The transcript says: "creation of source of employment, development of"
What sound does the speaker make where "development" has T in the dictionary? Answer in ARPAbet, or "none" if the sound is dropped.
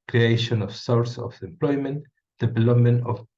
T